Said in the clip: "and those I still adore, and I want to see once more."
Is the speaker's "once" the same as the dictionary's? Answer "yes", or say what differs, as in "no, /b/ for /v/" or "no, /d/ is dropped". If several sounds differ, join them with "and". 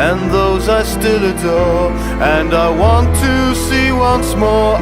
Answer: yes